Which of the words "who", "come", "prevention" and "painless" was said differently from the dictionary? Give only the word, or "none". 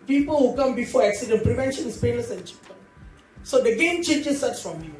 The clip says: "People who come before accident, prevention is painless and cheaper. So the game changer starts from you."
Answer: painless